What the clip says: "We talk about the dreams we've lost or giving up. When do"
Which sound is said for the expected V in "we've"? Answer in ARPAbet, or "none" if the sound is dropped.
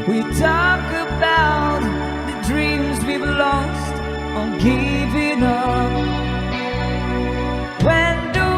B